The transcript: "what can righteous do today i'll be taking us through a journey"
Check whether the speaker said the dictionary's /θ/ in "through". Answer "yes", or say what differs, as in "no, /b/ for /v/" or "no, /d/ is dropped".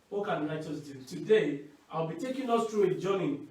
no, /t/ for /θ/